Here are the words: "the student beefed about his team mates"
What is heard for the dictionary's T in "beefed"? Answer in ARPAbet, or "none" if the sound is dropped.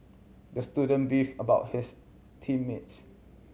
none